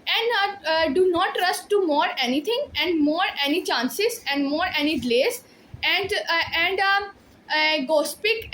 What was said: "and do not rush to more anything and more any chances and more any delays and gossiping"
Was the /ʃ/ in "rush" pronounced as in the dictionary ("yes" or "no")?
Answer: no